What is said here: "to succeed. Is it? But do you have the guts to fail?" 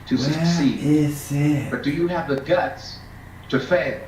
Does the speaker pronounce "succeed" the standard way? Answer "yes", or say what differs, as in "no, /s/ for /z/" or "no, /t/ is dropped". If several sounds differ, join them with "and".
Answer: no, /k/ is dropped and /d/ is dropped